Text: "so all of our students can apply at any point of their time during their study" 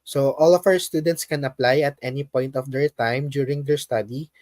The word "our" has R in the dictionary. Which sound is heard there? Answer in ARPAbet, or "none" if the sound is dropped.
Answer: W